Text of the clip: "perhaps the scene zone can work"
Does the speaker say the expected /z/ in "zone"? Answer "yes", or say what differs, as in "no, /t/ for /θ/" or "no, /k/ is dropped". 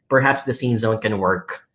yes